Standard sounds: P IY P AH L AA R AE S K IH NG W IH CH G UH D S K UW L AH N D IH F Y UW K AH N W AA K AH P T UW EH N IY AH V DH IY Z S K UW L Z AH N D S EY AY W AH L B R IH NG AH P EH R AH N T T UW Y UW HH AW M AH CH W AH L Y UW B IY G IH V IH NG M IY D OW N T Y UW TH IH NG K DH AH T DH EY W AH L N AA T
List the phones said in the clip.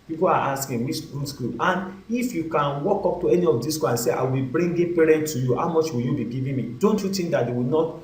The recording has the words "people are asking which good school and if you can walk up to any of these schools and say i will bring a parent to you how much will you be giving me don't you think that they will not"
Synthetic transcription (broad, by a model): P IY P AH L AA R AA S K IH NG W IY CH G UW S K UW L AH N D IH F Y UW K AH N W AA K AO P T UW EH N IY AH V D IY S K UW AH N S EY AY W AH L B R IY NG AH P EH R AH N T T UW Y UW HH AW M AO CH W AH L Y UW B IY G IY V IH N M IY D OW N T Y UW T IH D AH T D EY W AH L N AA T